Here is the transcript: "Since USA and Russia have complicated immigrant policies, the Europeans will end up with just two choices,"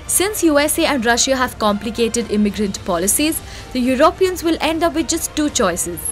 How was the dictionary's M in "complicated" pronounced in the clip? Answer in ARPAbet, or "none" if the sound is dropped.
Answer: M